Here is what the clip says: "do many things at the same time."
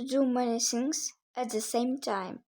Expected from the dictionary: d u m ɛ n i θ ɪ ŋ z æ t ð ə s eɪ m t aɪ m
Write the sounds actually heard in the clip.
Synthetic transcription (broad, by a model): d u m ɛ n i s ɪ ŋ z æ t ð ə s eɪ m t aɪ m